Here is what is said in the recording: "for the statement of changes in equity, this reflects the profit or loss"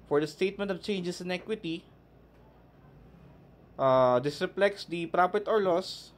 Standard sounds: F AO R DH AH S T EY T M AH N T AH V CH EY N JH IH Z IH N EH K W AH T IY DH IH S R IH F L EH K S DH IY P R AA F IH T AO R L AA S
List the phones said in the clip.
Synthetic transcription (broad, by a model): F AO R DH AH S T EY T M AH N T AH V CH EY N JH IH S IH N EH K W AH T IY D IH S R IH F L EH K S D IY P R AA P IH T AO R L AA S